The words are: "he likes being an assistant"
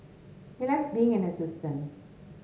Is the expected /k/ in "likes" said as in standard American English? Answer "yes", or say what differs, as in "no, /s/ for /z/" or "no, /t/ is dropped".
no, /k/ is dropped